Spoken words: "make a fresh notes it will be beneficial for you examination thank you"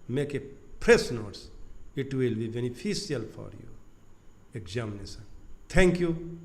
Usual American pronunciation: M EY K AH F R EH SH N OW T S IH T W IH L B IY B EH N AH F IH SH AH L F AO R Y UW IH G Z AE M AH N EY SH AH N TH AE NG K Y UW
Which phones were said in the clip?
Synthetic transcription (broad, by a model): M EY K AH P R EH S N OW T S IH T W IH L B IY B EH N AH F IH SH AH L F AO R Y UW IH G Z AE M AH N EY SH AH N T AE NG K Y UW